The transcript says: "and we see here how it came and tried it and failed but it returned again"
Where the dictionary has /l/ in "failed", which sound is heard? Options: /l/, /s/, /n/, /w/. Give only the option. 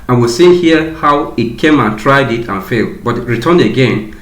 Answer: /l/